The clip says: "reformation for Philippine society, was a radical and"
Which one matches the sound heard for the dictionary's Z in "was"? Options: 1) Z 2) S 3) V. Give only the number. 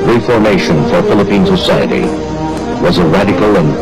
1